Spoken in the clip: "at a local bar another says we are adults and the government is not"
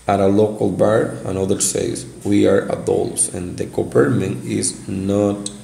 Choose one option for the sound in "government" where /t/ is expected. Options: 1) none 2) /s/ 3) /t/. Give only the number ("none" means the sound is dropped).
1